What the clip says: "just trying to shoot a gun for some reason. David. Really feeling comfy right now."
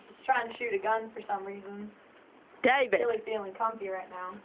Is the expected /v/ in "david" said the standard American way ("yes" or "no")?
no